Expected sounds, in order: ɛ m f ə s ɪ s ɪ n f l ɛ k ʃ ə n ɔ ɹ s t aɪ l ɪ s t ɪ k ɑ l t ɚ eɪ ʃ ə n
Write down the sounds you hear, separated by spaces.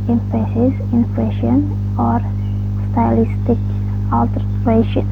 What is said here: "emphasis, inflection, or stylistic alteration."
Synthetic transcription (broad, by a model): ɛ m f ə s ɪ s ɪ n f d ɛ ʃ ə n ɔ ɹ s t aɪ l ɪ s t ɪ k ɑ l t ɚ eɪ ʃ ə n